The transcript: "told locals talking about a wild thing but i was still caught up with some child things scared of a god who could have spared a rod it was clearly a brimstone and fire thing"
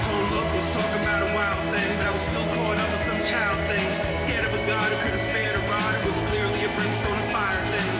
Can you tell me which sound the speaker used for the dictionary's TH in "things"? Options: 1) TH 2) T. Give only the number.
1